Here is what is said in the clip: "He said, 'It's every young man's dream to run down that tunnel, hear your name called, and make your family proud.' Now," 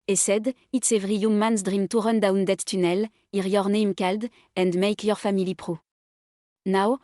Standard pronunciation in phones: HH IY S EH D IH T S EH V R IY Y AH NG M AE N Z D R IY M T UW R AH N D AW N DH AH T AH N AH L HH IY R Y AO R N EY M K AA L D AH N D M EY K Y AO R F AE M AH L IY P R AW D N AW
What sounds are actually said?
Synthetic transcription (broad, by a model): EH S EH D IH T S EH V R IY Y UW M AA N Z D R IY M T UW R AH N D AW N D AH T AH N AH L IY R Y AO R N EY M K AA L D AH N D M EY K Y AO R F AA M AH L IY P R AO N AW